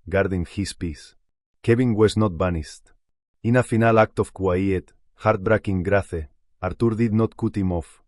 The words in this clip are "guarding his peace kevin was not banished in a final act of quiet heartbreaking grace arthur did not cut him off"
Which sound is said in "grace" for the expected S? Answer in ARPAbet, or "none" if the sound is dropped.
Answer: TH